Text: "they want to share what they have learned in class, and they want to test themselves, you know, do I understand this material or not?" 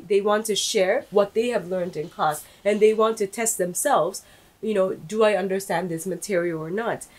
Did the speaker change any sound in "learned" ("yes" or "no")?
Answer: no